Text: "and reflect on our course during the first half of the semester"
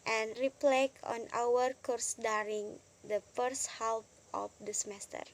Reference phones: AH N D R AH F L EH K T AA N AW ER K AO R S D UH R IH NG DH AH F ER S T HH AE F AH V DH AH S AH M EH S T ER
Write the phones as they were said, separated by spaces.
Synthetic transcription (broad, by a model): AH N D R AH P L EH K AA N AW ER K AO R S D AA R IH NG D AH F ER S T HH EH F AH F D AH S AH M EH S T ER